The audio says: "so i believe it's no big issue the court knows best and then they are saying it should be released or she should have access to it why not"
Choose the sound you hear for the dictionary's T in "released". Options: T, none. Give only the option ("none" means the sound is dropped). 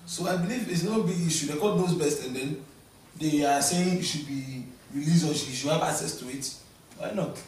none